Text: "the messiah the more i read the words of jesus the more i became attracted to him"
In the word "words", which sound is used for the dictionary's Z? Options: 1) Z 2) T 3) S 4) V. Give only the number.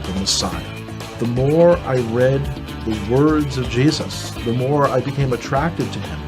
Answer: 1